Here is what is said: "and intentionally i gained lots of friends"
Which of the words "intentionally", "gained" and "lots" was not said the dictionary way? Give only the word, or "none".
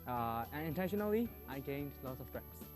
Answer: none